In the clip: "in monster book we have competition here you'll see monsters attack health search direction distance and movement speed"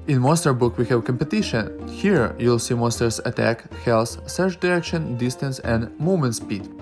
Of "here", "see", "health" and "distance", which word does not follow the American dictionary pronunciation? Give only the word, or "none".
health